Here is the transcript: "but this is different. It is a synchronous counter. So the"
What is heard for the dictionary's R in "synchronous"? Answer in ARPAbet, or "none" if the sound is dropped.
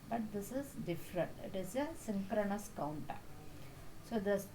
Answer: R